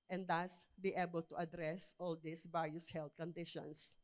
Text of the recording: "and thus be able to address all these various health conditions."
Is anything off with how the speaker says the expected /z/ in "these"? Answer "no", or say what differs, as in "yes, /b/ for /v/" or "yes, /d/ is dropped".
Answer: yes, /s/ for /z/